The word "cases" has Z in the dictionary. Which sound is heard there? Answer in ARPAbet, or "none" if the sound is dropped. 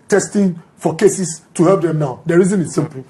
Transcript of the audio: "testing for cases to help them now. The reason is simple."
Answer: S